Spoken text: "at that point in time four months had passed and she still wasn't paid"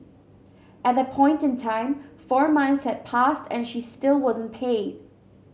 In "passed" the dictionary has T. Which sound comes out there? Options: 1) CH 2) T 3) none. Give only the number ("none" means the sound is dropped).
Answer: 2